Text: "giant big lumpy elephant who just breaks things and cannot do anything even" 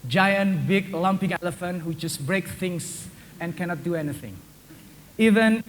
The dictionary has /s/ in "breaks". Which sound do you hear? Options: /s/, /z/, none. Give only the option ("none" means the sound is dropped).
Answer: none